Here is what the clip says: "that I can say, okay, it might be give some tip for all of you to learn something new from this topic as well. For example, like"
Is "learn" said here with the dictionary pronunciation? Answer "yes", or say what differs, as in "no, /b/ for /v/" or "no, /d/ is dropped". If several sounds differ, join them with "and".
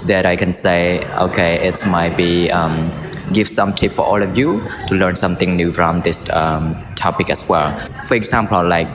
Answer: yes